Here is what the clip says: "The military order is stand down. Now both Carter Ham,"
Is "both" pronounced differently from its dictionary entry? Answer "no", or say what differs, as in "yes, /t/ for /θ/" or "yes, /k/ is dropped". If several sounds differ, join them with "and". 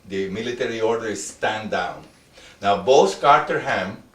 yes, /s/ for /θ/